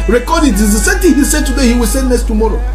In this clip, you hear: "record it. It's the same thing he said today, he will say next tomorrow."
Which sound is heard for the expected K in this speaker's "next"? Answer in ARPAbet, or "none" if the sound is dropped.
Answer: none